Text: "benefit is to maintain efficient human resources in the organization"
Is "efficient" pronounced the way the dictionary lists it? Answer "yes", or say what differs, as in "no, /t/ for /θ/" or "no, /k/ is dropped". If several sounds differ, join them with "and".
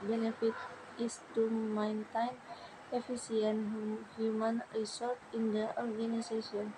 no, /s/ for /ʃ/